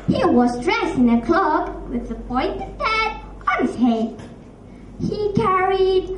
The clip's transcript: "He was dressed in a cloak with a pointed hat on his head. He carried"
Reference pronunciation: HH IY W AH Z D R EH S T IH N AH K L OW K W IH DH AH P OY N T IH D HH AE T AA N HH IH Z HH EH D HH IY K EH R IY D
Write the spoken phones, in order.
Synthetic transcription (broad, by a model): HH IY W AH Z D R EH S IH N AH K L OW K W IH DH AH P OY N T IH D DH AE T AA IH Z HH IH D HH IY K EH R IY D